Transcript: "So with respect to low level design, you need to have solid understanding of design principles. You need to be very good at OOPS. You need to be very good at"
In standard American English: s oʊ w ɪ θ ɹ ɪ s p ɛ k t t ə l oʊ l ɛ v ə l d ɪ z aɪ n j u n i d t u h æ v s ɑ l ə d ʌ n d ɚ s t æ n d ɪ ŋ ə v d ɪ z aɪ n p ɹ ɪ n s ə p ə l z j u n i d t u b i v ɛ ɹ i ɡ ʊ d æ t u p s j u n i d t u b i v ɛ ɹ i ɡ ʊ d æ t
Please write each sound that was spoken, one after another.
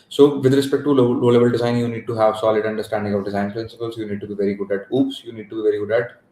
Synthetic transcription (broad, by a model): s oʊ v ɪ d ɹ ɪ s p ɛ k t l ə l oʊ l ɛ b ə l d ɪ z aɪ n j u n i d t u h æ v s ɑ l ə d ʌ n d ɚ s t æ n d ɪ ŋ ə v d ɪ z aɪ n p ɹ ɪ n s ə p ə l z j u n i d t u b i v ɛ ɹ i ɡ ʊ d æ t u p s j u n i d t u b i v ɛ ɹ i ɡ ʊ d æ t